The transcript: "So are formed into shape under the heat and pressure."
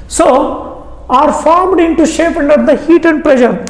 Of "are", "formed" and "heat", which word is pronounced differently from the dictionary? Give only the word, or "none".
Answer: none